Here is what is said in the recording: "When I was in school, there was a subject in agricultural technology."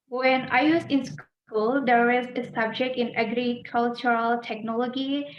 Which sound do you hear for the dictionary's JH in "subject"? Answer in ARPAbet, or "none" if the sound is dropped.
JH